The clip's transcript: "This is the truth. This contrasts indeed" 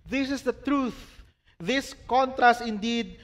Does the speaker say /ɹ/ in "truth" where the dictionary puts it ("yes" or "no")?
yes